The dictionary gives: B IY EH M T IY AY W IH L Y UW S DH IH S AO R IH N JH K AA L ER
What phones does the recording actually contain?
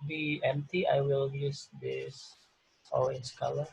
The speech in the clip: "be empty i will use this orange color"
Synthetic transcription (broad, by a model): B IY EH M T IY AY W IH L Y UW S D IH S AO L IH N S K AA L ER